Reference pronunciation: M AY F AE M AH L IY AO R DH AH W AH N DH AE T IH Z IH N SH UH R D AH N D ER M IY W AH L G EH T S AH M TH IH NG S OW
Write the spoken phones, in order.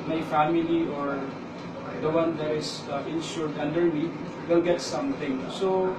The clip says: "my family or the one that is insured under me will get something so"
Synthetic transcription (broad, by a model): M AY F AE M AH L IY AO R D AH W AH N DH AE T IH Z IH N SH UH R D AH N D ER M IY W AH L G EH T S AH M T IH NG S OW